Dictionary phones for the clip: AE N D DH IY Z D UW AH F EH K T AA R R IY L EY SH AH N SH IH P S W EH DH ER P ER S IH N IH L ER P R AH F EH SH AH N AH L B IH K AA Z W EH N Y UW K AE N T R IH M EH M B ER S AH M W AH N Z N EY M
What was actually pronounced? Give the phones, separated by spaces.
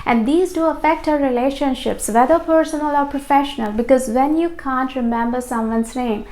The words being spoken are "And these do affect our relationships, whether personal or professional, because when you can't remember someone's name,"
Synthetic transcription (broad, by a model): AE N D IY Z D UW AH F EH K T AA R R IY L EY SH AH N SH IH P S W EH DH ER P ER S IH N IH L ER P R AH F EH SH AH N AH L B IH K AA Z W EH N Y UW K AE N T R IH M EH M B ER S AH M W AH N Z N EY M